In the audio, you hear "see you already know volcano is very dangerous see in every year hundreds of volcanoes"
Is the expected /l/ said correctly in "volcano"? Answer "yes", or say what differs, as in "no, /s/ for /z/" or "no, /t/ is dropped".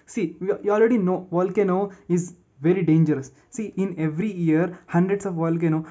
yes